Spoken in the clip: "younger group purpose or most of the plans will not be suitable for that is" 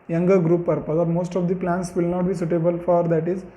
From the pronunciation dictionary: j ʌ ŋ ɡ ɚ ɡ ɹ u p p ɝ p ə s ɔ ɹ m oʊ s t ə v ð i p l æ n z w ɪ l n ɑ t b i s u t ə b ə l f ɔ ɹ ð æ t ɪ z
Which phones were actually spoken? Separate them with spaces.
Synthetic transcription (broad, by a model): j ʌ ŋ ɡ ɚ ɡ ɹ u p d p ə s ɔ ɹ m oʊ s t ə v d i p l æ n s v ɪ l n ɑ t b i s u t ə b ə l f ɔ ɹ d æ t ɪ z